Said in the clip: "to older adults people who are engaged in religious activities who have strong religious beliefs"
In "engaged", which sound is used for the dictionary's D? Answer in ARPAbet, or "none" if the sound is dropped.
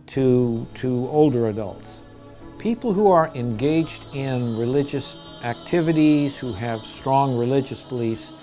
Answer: D